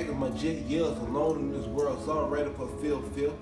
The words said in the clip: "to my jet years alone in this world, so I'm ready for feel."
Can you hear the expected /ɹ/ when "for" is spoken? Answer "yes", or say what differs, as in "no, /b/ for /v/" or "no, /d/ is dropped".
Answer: no, /l/ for /ɹ/